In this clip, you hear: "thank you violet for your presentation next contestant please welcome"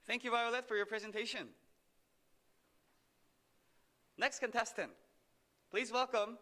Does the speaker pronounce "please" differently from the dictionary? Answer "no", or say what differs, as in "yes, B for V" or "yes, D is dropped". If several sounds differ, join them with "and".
no